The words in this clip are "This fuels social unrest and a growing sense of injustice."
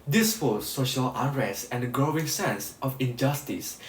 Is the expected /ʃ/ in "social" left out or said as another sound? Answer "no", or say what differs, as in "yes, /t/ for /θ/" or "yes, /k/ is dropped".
no